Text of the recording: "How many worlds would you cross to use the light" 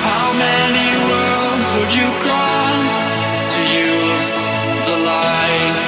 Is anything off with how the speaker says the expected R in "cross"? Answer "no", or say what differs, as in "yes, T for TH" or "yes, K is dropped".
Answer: yes, L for R